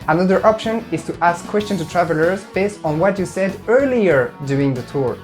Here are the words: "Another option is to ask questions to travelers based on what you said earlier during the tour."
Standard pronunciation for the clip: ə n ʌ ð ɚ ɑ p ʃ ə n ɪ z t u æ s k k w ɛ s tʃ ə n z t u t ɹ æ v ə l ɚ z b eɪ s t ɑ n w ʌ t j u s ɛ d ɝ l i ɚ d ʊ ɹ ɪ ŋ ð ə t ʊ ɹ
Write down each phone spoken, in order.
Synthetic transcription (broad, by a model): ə n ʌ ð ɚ ɑ p ʃ ə n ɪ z t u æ s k k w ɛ s tʃ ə n t u t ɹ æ v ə l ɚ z b eɪ s t n w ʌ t j u s ɛ d ɝ l i ɚ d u ɪ ŋ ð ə t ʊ ɹ